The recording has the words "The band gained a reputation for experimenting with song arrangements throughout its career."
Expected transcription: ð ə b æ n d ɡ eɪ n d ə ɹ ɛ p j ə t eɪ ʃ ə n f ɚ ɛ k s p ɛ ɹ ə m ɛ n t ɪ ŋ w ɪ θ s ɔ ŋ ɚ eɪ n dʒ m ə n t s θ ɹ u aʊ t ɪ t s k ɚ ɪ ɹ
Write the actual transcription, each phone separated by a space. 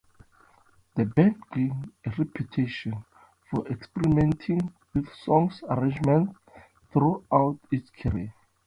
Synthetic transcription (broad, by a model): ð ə b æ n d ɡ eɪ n ə ɹ ɛ p j ə t eɪ ʃ ə n f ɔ ɛ k s p ɛ ɹ ə m ɛ n t ɪ ŋ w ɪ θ s ɔ ŋ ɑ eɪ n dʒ m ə n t θ ɹ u aʊ t ɪ t s k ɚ ɹ